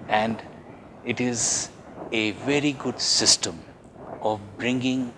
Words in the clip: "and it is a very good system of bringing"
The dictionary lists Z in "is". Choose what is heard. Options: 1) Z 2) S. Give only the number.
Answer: 1